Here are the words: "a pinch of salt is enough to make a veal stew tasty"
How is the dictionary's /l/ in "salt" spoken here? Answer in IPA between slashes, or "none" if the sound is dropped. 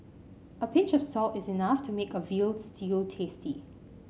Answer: /l/